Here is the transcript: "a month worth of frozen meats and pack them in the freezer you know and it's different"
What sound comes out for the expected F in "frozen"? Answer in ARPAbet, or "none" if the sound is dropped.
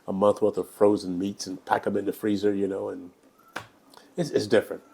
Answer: F